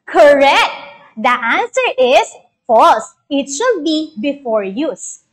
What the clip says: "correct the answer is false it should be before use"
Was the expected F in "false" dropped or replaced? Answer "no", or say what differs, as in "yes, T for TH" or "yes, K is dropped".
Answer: no